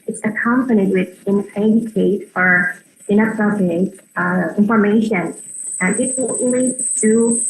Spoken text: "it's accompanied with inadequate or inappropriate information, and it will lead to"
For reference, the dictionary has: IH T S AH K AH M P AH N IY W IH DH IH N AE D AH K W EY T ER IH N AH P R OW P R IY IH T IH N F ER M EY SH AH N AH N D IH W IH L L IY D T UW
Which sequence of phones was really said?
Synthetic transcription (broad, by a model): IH T S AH K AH M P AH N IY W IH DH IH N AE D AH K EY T ER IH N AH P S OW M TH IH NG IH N F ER M EY AH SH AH N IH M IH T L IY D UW